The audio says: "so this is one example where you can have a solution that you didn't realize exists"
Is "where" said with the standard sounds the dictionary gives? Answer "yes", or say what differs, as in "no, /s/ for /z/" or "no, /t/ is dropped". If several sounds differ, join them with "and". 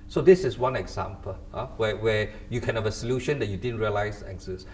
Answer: no, /w/ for /ɹ/